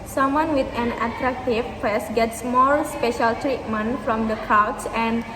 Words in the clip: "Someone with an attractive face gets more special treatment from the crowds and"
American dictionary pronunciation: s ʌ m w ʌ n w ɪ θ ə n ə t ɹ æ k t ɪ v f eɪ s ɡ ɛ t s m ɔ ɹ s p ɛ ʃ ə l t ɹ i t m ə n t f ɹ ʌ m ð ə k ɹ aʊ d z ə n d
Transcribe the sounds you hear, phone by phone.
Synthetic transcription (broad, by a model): s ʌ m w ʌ n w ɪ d ə n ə t ɹ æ k t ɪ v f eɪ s ɡ ɛ t s m ɔ l s p ɛ ʃ ə l t ɹ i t m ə n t f ɹ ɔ m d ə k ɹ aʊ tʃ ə n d